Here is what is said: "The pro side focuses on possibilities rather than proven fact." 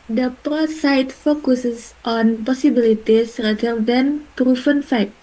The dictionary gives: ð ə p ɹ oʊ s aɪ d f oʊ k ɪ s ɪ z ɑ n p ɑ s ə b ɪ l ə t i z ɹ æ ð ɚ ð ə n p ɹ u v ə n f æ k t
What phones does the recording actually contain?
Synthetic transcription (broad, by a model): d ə p ɹ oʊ s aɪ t f oʊ k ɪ s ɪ s ɑ n p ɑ s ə b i l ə t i s ɹ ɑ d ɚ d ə n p ɹ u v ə n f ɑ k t